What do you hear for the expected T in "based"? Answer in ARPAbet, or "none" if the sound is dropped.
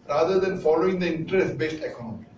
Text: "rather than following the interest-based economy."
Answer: T